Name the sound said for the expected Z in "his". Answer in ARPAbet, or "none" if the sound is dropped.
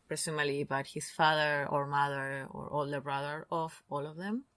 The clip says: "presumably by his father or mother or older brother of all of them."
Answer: S